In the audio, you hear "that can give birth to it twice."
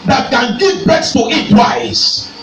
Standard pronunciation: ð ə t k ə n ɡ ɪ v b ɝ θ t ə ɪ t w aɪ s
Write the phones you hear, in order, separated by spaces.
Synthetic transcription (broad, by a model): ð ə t k ə n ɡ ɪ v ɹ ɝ s t ə ɪ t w aɪ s